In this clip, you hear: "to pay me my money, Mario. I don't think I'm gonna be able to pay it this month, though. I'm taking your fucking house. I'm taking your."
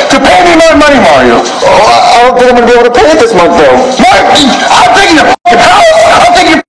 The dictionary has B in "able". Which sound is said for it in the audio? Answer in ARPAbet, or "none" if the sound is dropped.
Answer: none